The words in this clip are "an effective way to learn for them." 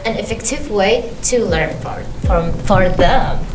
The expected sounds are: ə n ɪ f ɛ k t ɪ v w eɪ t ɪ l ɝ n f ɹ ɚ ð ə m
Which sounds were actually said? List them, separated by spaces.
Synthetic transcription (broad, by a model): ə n ɪ f ɛ k t ɪ v w eɪ t ɪ l ɝ n f ɹ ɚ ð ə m